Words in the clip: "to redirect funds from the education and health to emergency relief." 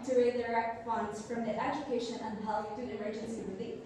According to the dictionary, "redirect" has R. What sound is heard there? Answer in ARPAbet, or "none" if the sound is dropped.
W